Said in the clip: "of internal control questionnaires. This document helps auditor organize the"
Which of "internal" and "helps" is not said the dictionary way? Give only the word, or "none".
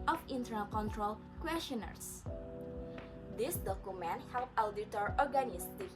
helps